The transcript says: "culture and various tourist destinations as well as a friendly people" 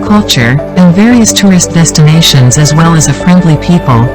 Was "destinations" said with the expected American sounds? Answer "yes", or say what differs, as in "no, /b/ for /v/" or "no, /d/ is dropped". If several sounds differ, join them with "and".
yes